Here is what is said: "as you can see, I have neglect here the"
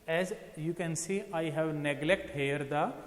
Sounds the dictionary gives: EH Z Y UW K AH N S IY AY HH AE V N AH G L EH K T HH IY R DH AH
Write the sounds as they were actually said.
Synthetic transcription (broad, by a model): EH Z Y UW K AH N S IY AY HH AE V N AH G L EH K T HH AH R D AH